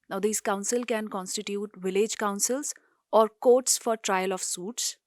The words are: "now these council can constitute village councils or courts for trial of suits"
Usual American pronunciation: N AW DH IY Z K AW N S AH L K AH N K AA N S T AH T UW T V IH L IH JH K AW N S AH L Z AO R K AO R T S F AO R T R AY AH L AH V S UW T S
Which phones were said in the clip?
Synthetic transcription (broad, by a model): N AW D IY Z K AW N S AH L K AH N K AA N S T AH T UW T V IH L IH JH K AW N S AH L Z AO R K AO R T S F AO R T R AY AH L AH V S UW T S